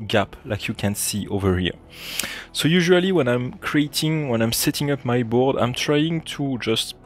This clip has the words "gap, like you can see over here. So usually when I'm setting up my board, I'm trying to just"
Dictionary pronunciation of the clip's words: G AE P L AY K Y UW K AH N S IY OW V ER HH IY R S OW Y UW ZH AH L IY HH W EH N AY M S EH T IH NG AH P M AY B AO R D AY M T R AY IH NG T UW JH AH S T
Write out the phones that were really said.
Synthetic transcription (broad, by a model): G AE P L AY K Y UW K AH N S IY OW V ER HH IY R S OW Y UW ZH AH L IY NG W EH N AY M S EH T IH NG AH P M AY B AO R D AY M T R AY IH NG T UW JH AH S T